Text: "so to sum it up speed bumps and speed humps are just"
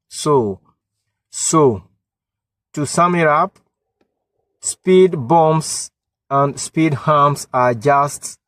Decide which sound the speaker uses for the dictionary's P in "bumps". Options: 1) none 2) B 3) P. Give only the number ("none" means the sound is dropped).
1